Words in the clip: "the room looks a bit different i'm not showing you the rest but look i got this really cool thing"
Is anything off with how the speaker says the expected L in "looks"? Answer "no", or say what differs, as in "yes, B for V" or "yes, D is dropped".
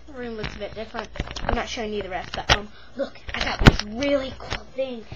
yes, W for L